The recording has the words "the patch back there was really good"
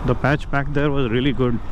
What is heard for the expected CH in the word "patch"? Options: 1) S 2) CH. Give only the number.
2